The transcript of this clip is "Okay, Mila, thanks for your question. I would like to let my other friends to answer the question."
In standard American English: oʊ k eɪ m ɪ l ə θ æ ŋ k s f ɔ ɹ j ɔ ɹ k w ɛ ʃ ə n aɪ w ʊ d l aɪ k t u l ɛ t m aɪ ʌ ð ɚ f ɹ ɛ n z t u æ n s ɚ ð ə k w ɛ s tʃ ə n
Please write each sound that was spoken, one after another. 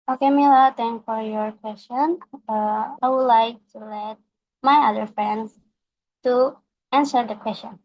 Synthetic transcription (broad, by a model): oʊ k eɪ m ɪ l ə t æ ŋ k f ɔ ɹ j ɔ ɹ k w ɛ s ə n aɪ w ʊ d l aɪ k t u l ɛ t m aɪ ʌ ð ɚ f ɹ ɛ n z t u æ n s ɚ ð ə k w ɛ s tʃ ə n